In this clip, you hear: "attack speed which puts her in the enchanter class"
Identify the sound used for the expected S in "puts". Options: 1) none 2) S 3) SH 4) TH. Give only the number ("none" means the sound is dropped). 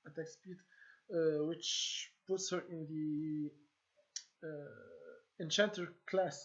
2